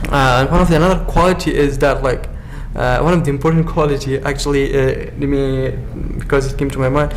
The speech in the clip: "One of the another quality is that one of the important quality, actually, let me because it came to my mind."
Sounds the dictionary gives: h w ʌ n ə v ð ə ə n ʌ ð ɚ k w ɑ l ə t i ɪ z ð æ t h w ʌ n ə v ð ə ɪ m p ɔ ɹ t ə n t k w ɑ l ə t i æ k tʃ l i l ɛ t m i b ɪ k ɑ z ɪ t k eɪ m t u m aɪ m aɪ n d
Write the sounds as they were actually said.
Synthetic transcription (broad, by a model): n w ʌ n ə v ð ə ə n ʌ ð ɚ k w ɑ l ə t i ɪ z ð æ t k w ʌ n ə v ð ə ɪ m p ɔ ɹ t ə n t k w ɑ l ə t i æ k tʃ i l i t m i b ɪ k ɑ z ɪ t k eɪ m t u m aɪ m aɪ n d